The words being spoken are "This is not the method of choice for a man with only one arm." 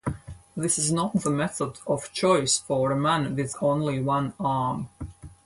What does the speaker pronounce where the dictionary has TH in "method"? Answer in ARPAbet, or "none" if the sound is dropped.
TH